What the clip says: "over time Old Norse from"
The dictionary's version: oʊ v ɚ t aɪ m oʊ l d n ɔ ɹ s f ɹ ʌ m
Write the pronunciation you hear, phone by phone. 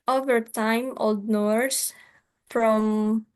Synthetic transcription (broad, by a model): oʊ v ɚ t aɪ m oʊ l d n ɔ ɹ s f ɹ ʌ m